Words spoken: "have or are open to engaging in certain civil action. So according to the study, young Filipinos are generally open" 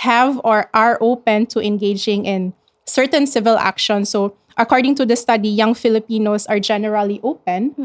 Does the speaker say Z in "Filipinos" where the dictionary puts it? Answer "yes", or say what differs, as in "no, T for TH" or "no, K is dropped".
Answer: no, S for Z